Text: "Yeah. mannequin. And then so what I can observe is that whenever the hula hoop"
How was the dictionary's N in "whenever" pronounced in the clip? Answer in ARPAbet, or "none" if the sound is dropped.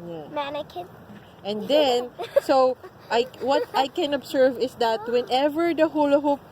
N